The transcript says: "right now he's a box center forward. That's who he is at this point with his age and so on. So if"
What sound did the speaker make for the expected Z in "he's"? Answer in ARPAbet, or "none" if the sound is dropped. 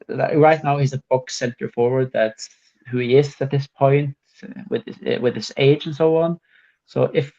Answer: Z